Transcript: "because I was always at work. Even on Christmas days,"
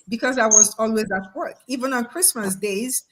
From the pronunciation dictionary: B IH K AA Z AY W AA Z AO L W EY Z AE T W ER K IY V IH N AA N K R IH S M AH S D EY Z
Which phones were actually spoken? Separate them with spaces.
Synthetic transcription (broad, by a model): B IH K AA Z AY W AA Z AO L W EY Z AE T W ER K IY V IH N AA N K R IH S M AH S D EY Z